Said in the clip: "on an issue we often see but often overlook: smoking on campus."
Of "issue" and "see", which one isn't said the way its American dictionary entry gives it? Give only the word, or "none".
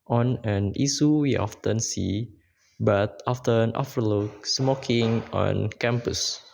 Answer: issue